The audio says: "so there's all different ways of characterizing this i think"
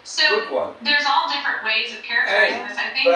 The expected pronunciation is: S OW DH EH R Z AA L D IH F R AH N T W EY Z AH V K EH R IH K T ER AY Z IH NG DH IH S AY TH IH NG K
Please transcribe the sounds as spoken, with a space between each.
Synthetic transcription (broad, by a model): S OW DH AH R Z AA L D IH F R AH N T W EY Z AH V K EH R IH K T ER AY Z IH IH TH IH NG